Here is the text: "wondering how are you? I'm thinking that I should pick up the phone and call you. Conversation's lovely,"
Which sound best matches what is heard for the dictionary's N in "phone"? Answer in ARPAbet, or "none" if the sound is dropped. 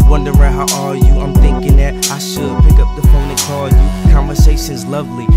none